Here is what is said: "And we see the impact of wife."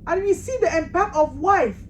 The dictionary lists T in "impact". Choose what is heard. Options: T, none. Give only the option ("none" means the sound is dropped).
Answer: none